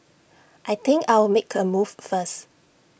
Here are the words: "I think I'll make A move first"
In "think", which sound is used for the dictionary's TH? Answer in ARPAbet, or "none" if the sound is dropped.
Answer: T